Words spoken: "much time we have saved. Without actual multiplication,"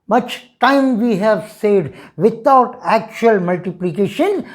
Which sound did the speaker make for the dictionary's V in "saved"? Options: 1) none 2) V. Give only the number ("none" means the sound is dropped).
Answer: 1